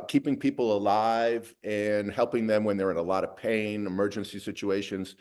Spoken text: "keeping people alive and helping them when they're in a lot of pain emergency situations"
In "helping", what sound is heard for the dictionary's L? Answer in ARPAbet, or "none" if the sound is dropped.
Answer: L